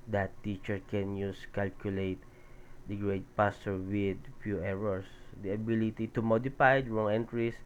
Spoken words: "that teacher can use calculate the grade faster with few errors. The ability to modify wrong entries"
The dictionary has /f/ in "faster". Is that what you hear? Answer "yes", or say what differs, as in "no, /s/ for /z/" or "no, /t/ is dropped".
no, /p/ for /f/